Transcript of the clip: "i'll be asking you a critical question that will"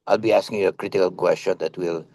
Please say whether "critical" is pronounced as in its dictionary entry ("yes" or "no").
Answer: yes